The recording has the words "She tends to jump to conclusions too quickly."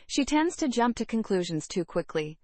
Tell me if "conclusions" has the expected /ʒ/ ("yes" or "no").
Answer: yes